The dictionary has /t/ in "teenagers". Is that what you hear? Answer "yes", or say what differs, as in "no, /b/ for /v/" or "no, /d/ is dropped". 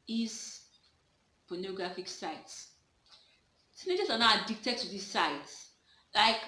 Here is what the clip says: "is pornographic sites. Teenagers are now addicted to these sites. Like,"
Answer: no, /s/ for /t/